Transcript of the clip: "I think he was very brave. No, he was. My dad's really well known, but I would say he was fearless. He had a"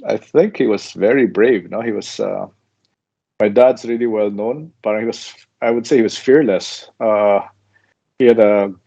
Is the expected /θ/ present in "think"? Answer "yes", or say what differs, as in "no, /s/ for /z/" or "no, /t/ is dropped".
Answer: yes